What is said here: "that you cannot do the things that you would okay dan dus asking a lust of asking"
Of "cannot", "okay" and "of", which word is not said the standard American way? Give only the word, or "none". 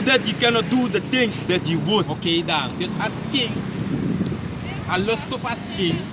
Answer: of